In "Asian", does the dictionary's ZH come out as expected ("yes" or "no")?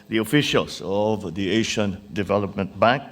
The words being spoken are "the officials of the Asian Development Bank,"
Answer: no